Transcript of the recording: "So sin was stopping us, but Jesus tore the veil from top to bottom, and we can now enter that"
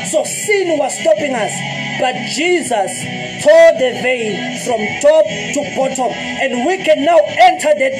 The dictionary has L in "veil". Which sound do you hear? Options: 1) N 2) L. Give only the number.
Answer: 1